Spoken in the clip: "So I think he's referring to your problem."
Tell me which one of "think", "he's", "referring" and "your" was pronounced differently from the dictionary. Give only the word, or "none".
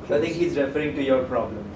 think